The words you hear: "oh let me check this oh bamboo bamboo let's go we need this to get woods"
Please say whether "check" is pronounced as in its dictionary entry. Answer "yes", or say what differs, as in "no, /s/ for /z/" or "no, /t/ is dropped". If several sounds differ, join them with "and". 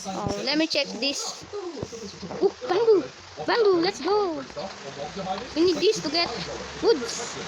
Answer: yes